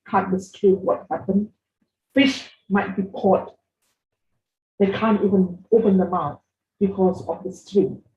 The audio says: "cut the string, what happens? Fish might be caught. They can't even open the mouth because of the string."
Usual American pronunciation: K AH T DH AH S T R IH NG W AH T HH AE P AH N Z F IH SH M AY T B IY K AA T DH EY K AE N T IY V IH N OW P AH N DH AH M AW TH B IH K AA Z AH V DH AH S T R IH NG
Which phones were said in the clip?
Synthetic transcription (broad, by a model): K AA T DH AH S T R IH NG W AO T HH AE P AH N F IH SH M AY T B IY K AA T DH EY K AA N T IY V IH N OW P AH N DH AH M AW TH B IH K AA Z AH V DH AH S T R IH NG